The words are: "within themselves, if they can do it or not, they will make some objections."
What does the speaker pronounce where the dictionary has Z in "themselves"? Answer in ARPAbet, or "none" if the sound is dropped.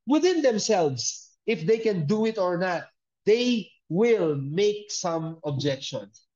S